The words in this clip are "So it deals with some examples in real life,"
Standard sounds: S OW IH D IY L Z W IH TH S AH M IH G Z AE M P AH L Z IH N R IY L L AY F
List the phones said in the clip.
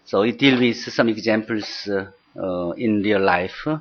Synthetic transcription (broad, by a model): S OW IH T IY L W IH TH S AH M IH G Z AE M P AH L S IH N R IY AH L AY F